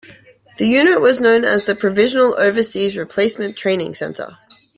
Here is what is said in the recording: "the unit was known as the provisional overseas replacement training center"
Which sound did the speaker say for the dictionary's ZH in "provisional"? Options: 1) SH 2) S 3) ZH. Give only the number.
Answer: 3